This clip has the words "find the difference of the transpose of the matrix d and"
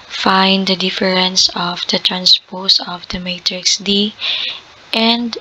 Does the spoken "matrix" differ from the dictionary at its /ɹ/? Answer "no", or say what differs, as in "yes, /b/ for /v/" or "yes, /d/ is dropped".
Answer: no